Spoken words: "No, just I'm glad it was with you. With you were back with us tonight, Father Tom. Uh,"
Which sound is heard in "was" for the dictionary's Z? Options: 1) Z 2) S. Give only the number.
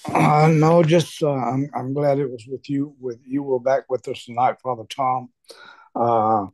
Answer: 1